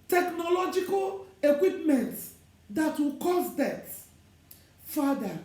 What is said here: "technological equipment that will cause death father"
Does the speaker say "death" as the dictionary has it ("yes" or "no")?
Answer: no